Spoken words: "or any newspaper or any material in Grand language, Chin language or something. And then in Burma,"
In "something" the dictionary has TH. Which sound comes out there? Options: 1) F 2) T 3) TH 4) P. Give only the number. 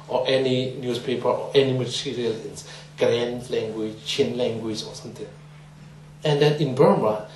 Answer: 2